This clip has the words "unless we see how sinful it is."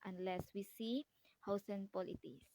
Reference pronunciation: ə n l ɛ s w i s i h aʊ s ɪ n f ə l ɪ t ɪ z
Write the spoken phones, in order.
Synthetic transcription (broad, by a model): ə n l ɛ s w i s i h aʊ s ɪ n p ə l ɪ t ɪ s